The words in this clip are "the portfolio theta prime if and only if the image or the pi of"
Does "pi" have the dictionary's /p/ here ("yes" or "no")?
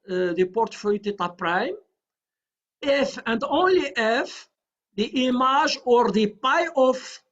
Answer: yes